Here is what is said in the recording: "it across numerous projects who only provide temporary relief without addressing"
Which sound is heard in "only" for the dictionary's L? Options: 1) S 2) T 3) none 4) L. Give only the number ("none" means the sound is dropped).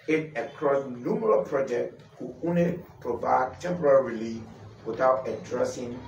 3